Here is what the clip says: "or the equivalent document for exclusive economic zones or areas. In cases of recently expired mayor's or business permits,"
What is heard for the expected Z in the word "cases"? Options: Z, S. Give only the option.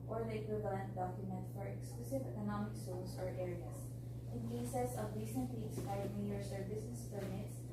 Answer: S